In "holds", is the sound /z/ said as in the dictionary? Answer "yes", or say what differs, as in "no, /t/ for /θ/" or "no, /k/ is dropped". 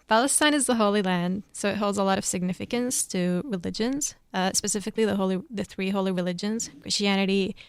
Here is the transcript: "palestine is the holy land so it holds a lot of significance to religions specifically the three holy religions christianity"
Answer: yes